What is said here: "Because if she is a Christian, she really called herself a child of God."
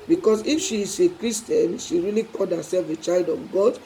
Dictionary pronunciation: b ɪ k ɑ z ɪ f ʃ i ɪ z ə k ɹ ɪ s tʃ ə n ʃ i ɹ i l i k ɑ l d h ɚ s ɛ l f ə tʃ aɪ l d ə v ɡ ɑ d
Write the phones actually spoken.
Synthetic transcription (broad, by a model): b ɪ k ɑ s ɪ f ʃ i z ə k ɹ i s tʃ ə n ʃ i ɹ i l i k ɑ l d h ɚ s ɛ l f ə tʃ aɪ l d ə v ɡ ɑ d